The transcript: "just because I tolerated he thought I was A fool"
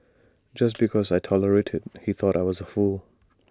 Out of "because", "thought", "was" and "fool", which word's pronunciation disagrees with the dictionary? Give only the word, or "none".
none